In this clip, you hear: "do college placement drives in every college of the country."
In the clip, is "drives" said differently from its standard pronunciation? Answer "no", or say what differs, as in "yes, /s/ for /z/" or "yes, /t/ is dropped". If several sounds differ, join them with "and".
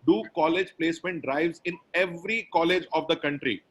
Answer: no